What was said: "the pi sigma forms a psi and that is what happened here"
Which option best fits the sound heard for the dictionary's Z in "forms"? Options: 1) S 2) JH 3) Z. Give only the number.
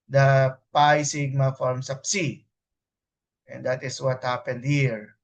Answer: 1